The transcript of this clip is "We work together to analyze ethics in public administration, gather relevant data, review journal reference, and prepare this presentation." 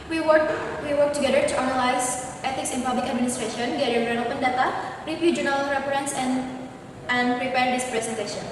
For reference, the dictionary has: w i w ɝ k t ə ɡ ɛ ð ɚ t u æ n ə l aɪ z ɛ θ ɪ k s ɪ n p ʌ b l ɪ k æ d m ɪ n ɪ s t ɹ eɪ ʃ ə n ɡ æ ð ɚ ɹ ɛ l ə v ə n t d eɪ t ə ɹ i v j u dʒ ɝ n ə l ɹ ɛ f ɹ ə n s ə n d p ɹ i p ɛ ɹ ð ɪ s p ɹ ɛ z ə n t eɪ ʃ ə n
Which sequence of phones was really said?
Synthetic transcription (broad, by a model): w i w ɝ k t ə ɡ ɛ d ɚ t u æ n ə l aɪ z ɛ t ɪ k s ɪ n p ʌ b l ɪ k æ d m ɪ n ɪ s t ɹ eɪ ʃ ə n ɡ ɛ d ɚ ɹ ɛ n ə p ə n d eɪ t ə ɹ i p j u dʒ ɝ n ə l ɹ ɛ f ɹ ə n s ə n d p ɹ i p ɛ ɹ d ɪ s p ɹ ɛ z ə n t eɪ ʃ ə n